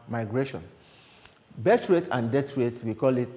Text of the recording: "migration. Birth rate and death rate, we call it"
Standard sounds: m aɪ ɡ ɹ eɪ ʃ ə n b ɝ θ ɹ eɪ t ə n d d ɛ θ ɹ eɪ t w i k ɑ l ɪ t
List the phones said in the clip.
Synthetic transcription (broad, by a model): m aɪ ɡ ɹ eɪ ʃ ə n b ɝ t ɹ eɪ t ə n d d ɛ t ɹ eɪ t w i k ɑ l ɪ t